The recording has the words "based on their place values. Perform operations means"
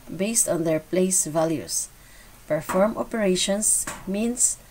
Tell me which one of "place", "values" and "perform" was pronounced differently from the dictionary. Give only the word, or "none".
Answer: values